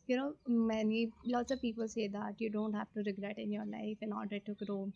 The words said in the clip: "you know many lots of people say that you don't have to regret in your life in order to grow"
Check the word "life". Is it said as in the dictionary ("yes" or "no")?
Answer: yes